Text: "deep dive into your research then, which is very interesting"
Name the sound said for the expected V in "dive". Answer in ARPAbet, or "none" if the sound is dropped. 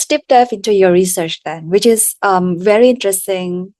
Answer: F